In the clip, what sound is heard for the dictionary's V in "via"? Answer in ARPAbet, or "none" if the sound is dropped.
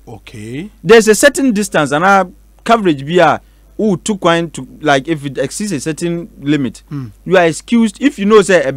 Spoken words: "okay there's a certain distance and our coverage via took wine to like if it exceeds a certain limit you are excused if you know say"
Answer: B